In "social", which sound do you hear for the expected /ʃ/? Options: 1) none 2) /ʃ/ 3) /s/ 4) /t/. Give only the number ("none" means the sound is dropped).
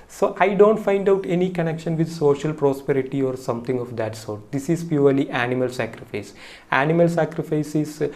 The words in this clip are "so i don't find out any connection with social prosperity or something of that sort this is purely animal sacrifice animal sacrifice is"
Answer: 2